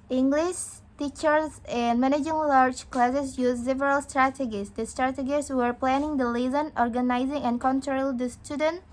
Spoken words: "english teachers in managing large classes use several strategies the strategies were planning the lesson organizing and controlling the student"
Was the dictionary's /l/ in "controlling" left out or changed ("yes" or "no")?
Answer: yes